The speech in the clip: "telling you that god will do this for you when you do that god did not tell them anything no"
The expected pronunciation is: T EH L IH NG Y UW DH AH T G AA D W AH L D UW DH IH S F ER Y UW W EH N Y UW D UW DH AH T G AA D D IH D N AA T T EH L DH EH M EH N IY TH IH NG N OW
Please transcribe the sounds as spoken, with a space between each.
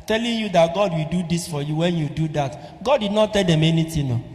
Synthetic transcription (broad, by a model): T EH L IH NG Y UW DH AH T G AA D W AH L D UW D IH S F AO Y UW W EH N Y UW D UW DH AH T G AA D D IH D N AA T T EH L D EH M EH N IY T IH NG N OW